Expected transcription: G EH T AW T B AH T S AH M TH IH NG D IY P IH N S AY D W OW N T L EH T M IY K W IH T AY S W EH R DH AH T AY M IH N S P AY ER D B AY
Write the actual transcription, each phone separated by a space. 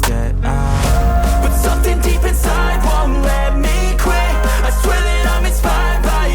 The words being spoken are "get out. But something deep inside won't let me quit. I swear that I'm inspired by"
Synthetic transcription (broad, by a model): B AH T S AH M TH IH NG D IY P IH N S AY D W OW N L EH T M IY K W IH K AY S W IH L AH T AY M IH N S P AY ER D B AY